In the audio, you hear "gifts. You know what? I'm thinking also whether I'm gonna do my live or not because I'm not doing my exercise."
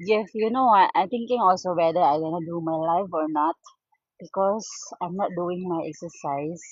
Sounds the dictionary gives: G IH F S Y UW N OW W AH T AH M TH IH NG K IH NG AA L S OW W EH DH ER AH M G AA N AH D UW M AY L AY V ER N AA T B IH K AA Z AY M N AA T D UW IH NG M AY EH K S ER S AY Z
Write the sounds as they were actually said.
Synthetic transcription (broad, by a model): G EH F Y UW N OW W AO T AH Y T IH NG K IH NG AA L S OW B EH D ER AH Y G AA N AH D UW M AY L AY F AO N AA T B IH K AA S AY M N AA T D UW IH NG M AY EH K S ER S AY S